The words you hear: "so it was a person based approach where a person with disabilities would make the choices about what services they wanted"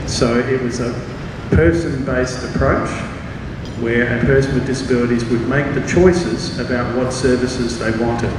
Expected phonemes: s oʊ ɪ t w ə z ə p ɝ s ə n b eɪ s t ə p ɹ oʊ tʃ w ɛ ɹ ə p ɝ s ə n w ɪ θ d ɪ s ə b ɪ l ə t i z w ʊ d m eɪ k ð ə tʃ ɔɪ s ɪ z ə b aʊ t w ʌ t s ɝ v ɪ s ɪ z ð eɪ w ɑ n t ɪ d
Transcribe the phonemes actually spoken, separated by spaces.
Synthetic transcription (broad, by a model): s oʊ ɪ t w ə z ə p ɝ s ə n b eɪ s t ə p ɹ oʊ tʃ w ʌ ɹ ə p ɝ s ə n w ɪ d ɪ s ə b ɪ l ə t i z w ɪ d m eɪ k ð ə tʃ ɔɪ s ɪ z ə b aʊ t w ʌ t s ɝ v ɪ s ɪ z ð eɪ w ɑ n t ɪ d